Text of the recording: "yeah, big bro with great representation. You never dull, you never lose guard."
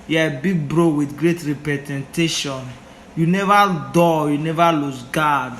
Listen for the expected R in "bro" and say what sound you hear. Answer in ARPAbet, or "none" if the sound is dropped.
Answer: R